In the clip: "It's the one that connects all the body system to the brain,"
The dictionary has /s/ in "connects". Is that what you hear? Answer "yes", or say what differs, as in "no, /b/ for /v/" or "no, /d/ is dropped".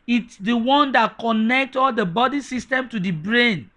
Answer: no, /s/ is dropped